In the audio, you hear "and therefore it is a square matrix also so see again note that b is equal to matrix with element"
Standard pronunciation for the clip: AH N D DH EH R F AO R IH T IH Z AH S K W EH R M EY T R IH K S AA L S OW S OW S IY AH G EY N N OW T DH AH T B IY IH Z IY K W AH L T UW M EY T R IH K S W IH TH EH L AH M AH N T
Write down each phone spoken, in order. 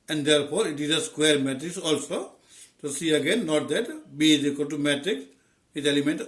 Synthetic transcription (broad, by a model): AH N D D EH R P AO R IH T IH Z AH S K W EH R M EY T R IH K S AA L S OW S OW S IY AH G EY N N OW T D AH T B IY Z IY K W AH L T UW M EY T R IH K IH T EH L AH M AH N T